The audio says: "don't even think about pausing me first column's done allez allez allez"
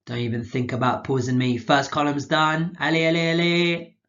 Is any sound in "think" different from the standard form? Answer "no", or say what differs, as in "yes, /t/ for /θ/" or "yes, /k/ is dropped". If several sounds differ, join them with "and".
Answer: no